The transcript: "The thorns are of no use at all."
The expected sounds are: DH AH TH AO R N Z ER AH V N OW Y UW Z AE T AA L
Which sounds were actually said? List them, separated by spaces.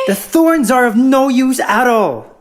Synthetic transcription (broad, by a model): DH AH TH AO R N Z ER AH V N OW Y UW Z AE T AA L